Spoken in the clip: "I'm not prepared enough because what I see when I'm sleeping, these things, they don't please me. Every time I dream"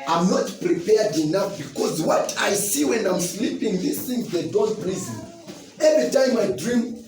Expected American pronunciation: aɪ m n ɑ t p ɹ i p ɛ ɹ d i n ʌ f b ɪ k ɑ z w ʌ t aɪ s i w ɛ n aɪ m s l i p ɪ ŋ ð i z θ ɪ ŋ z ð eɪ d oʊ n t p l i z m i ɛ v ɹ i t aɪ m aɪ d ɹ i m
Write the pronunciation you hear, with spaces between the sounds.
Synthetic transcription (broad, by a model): aɪ m n ɑ t p ɹ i p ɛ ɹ d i n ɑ f b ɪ k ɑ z w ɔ t aɪ s i w ɛ n aɪ m s l i p ɪ ŋ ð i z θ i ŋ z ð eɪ d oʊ n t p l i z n ɛ v ɹ i t aɪ m aɪ d ɹ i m